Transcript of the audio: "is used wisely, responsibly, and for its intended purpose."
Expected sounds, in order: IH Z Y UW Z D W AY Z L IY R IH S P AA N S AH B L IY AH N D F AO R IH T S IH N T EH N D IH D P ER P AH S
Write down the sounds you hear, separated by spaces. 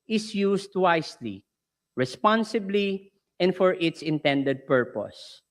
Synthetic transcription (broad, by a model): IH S Y UW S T W AY S L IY R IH S P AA N S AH B L IY AH N D F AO R IH T S IH N T EH N D IH D P ER P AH S